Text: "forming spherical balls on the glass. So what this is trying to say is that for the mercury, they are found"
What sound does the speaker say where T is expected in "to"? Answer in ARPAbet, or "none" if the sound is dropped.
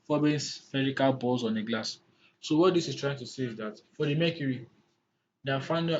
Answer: T